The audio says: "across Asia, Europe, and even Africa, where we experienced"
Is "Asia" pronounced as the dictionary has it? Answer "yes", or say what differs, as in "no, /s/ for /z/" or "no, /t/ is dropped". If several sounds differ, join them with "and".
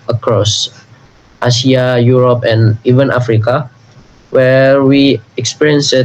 no, /s/ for /ʒ/